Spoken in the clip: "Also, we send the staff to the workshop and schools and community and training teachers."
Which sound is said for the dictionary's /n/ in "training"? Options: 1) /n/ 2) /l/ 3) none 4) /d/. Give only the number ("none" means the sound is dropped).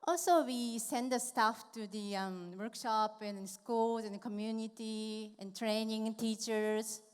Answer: 1